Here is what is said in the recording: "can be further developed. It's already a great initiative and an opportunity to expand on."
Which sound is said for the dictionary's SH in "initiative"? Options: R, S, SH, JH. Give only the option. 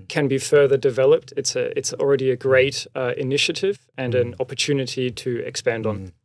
SH